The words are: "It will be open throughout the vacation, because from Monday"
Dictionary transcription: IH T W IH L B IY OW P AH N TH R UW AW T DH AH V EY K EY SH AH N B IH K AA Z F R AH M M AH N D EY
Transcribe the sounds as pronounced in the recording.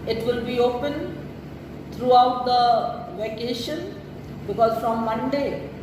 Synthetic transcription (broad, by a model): IH T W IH L B IY OW P AH N T R UW AW T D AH V EY K EY SH AH N B IH K AA Z F R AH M M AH N D EY